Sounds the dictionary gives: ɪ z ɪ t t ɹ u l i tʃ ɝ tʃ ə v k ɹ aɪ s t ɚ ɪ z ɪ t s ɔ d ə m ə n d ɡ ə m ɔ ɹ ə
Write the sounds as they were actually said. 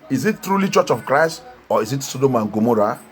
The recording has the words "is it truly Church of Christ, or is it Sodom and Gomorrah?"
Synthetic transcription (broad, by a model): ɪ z ɪ t t ɹ u l i tʃ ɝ tʃ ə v k ɹ aɪ s t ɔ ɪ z ɪ t s ɔ d ə m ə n ɡ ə m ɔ ɹ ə